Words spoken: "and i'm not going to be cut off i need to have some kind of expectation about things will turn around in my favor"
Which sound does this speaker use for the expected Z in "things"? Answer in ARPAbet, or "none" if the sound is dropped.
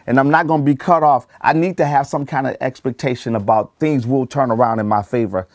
Z